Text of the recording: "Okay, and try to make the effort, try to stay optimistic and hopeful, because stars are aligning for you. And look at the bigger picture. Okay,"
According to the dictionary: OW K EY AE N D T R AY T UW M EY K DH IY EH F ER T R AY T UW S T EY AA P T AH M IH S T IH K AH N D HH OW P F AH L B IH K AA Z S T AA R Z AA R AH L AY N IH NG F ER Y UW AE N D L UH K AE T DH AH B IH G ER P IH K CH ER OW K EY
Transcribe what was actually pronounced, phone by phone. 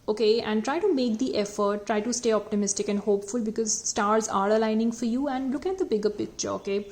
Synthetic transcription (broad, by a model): OW K EY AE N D T R AY T UW M EY K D IY EH F ER T R AY T UW S T EY AA P T AH M IH S T IH K AH N D HH OW P F AH L B IH K AA Z S T AA R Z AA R AH L AY N IH NG F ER Y UW AE N D L UH K AE T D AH B IH G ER P IH K CH ER OW K EY